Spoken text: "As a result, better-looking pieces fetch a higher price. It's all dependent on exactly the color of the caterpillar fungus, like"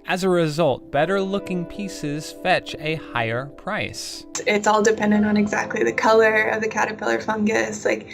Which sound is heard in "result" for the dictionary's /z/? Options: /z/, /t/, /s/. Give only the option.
/z/